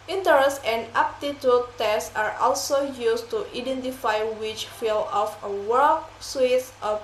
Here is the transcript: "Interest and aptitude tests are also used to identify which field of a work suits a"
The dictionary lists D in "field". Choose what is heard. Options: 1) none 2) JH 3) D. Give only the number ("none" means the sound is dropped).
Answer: 1